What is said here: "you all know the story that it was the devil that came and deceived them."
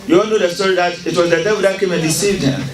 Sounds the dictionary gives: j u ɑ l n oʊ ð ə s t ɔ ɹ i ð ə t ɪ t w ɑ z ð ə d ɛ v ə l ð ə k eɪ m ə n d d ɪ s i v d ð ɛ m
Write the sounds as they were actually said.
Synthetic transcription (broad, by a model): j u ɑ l n oʊ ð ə s t ɔ ɹ i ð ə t ɪ t w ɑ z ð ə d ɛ w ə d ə k eɪ m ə n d d ɪ s i v d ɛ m